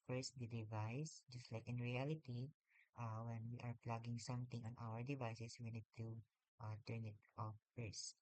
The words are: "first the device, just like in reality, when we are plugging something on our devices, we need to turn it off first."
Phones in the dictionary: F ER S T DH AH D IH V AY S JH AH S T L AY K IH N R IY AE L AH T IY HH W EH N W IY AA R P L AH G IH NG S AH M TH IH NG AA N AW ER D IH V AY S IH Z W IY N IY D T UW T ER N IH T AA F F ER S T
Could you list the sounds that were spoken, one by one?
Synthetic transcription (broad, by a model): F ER S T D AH D IH V AY S JH AH S T L AY K IH N R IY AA L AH T IY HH W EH N W IY AA R P L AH G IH NG S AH M T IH NG AA N AW ER D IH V AY S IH S W IY N IY D T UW T ER N IH T AA F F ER S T